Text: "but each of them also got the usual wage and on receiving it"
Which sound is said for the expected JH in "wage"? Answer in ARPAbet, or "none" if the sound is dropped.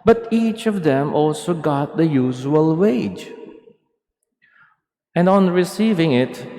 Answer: JH